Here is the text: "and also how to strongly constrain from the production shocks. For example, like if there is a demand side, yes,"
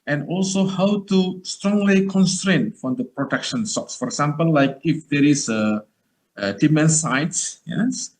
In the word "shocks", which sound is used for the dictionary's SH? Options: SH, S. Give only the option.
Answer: S